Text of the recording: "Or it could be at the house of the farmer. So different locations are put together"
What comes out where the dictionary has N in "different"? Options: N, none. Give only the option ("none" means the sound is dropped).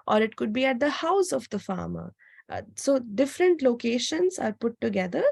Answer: N